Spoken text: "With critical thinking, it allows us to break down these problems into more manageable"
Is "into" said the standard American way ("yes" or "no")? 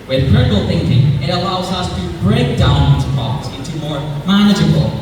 yes